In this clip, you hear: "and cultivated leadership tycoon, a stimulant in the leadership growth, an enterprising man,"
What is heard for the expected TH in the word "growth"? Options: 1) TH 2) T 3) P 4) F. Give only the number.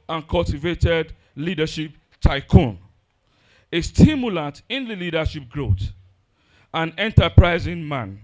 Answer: 2